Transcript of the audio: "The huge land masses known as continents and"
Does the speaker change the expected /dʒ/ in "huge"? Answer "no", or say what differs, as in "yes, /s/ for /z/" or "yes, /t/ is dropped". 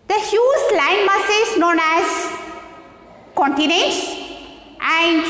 yes, /z/ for /dʒ/